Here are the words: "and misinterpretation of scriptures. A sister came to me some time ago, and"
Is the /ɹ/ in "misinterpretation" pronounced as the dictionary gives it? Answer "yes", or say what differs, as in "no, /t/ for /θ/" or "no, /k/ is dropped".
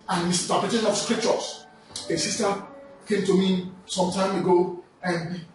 no, /ɹ/ is dropped